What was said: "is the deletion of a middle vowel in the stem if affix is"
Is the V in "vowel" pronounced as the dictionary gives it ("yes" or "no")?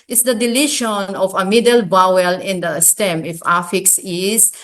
no